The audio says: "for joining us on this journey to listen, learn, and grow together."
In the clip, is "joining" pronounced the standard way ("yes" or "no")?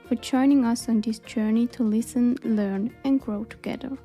yes